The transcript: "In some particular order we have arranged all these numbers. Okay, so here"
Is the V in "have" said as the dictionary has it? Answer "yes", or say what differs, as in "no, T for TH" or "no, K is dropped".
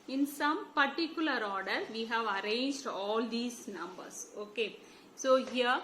yes